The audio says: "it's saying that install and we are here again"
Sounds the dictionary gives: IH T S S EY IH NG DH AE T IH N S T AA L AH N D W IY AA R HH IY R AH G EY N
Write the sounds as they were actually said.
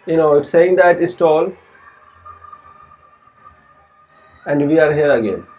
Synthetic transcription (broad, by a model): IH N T S EY IH NG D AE T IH S T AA L AH N D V IY AA R HH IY R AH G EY N